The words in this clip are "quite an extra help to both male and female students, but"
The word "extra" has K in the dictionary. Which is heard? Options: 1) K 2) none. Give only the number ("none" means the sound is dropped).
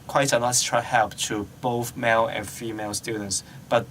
2